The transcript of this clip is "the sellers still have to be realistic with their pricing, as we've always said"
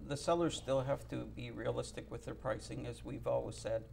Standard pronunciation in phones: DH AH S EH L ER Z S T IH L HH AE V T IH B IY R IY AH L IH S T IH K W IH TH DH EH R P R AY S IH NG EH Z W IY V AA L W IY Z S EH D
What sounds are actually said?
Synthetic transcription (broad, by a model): DH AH S EH L ER Z S T IH L HH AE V T IH B IY R IY AH L IH S T IH K W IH DH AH R P R AY S IH NG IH Z W IY V AA L W IY Z S EH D